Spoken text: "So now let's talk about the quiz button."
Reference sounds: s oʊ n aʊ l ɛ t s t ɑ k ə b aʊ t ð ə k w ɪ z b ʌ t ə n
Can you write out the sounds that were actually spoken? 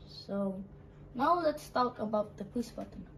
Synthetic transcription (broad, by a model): s oʊ n aʊ l ɛ t s t ɑ k ə b aʊ t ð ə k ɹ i s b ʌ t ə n